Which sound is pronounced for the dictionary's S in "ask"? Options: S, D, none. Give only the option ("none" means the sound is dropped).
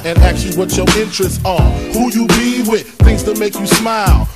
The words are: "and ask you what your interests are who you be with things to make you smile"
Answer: none